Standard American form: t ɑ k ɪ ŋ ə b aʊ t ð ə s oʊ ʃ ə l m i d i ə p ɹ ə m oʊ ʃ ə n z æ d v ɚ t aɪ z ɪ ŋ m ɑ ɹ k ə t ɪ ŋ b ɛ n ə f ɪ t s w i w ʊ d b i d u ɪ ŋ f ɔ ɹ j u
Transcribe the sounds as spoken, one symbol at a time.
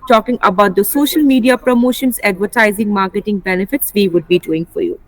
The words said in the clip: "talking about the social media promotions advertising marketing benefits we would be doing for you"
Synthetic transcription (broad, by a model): t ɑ k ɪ ŋ ə b aʊ t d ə s oʊ ʃ ə l m i d i ə p ɹ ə m oʊ ʃ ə n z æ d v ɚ t aɪ z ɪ ŋ m ɑ ɹ k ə t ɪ ŋ b ɛ n ə f ɪ t s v i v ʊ d b i d u ɪ ŋ f ɔ ɹ j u